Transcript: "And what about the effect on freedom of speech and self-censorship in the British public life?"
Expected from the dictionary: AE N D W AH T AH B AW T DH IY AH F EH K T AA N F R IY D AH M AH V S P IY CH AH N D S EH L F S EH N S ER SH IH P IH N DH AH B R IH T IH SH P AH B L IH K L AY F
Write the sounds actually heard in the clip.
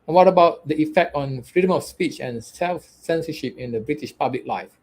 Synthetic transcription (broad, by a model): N W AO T AH B AW T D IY AH F EH K T AA N F R IY D AH M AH F S P IY CH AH N S EH L F S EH N S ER SH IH P IH N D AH B R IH T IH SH P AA B L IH K L AY F